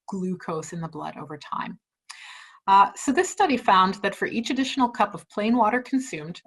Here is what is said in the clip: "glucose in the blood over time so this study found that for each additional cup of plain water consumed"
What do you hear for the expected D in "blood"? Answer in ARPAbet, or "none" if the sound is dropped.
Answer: D